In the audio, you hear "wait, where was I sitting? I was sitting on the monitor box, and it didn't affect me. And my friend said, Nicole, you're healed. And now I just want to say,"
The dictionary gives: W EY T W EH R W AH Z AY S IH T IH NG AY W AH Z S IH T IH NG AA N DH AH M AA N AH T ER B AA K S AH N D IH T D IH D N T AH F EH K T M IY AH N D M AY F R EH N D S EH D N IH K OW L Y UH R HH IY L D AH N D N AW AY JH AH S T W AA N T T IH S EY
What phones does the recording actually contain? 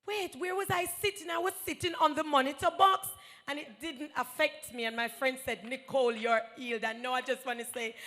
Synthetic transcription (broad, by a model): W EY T W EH R W AH Z AY S IH T IH NG AY W AH Z S IH T IH NG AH N DH AH M AA N AH T ER B AA K S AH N IH T D IH D N T AH F EH K T M IY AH N M AY F R EH N D S EH D N IH K OW L Y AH R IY L D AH N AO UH AY JH AH S T W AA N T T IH S EY